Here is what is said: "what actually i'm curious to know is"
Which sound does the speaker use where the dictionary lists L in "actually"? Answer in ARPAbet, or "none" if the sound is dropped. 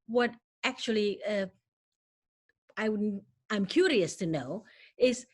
W